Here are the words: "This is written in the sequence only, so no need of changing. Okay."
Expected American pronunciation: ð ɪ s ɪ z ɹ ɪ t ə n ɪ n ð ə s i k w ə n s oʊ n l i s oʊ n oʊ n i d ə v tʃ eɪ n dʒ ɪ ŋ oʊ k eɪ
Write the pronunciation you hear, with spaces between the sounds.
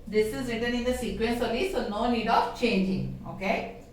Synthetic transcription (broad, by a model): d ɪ s ɪ z ɹ ɪ t ə n ɪ n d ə s i k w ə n s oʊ l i s oʊ n oʊ n i d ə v tʃ eɪ n dʒ ɪ ŋ oʊ k eɪ